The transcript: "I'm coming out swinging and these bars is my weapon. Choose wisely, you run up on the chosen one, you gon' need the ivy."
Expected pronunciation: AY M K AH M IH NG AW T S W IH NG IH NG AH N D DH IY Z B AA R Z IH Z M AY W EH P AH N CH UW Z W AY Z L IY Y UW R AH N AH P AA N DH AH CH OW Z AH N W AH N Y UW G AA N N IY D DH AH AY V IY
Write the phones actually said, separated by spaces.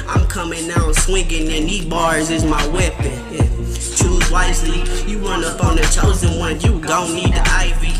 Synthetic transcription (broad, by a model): AY M K AH M IH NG AW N S W IH NG IH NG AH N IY B AA R Z IH Z M AY W EH P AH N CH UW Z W AY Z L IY Y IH R AH N AH P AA N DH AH CH OW Z AH N W AH N Y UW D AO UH N IY D DH AH AY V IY